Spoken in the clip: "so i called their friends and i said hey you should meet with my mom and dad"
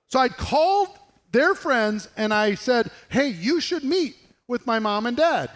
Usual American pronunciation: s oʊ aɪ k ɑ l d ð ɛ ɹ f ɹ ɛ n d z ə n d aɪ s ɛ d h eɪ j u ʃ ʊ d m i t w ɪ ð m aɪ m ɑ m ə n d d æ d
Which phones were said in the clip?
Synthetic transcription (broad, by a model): s oʊ aɪ k ɑ l d ð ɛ ɹ f ɹ ɛ n d z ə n aɪ s ɛ d h eɪ j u ʃ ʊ d m i t w ɪ ð m aɪ m ɑ m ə n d d æ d